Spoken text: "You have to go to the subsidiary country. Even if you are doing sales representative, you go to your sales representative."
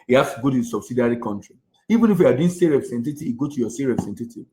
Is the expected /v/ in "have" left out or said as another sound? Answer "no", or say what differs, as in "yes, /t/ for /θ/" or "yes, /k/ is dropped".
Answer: yes, /f/ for /v/